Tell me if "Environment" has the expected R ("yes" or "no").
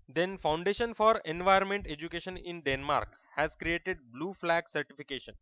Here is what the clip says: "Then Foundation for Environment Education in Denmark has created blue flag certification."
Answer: no